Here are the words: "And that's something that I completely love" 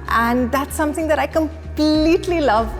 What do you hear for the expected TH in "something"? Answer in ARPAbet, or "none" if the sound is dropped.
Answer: TH